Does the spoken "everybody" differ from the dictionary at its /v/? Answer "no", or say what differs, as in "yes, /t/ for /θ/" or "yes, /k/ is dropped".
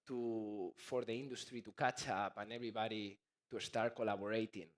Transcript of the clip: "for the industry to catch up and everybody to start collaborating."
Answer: yes, /b/ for /v/